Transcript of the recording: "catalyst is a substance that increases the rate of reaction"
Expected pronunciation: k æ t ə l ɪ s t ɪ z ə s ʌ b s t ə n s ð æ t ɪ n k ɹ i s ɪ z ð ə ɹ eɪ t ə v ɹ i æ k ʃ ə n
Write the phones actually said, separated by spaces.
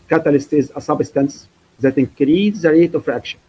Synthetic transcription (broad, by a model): k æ t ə l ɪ s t ɪ z ə s ʌ b s t ə n s ð æ t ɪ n k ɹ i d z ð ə ɹ eɪ t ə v ɹ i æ k ʃ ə n